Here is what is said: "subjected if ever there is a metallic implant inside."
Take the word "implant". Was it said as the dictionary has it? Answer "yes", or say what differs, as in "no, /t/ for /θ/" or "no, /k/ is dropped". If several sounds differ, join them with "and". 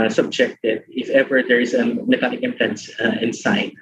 no, /l/ is dropped